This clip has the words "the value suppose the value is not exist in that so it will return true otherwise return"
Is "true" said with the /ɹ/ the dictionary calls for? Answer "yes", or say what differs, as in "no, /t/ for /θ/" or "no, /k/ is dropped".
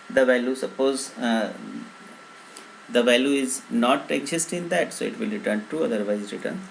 no, /ɹ/ is dropped